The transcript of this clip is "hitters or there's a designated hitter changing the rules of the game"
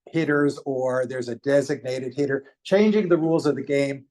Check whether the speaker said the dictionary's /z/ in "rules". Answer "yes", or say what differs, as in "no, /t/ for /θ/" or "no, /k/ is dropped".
yes